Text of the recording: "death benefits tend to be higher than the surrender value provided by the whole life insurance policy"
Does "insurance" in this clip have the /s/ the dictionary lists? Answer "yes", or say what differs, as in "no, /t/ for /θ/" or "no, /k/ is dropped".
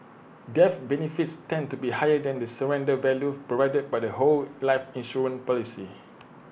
no, /s/ is dropped